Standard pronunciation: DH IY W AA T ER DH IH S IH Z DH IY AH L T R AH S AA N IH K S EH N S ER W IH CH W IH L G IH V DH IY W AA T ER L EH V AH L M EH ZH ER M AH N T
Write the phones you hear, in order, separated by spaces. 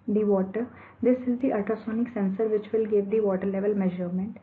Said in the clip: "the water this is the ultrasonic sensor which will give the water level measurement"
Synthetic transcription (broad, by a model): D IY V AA T ER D IH S IH Z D IY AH T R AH S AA N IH K S EH N S ER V IH CH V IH L G IH V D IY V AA T ER L EH V AH L M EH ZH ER M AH N T